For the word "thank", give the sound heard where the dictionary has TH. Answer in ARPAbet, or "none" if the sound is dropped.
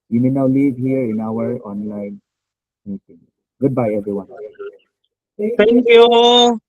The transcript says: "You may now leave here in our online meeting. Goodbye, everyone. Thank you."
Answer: T